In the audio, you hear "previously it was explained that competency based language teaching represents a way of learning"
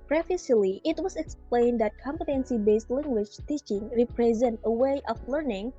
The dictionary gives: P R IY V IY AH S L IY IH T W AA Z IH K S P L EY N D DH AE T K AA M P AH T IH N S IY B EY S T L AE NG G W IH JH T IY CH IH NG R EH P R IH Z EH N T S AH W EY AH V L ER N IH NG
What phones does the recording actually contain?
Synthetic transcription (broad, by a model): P R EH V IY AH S L IY IH T W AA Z IH K S P L EY N D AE T K AA M P AH T IH N S IY B EY S T L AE NG G W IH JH T IY CH IH NG R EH P R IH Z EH N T AH W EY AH F L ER N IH NG